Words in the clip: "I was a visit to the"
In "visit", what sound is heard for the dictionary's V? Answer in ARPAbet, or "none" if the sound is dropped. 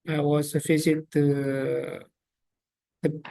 F